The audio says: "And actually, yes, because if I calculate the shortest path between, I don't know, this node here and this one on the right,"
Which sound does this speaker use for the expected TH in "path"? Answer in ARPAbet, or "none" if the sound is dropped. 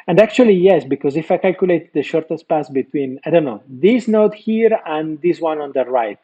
S